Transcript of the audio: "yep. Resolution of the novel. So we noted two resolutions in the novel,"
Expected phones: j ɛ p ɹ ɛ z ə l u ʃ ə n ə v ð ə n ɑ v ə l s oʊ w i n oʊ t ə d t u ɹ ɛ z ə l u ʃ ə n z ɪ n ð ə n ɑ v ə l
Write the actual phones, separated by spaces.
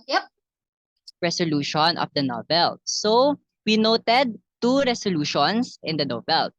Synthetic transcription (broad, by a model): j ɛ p ɹ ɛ s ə l u ʃ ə n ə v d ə n ɑ v ə l s oʊ w i n oʊ t ə d t u ɹ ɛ s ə l u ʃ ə n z ɪ n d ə n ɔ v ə l